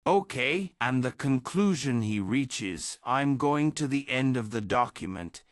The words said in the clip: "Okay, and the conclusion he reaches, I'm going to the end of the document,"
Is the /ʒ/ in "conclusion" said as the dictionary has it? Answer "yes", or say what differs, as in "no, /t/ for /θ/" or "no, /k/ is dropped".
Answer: yes